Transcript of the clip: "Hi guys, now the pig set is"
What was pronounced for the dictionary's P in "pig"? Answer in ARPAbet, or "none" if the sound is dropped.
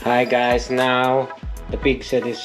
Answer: B